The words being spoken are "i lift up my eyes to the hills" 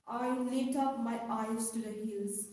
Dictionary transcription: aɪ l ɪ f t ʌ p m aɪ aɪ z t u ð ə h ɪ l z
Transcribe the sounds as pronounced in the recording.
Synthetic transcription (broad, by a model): aɪ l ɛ t ʌ p m aɪ aɪ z t u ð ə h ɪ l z